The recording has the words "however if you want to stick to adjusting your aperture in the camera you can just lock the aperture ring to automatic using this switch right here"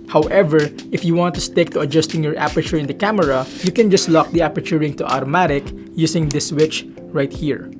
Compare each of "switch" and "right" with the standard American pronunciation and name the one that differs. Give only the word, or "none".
none